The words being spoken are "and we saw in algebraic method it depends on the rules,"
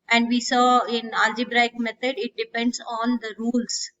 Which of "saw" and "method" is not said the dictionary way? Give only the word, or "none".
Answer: method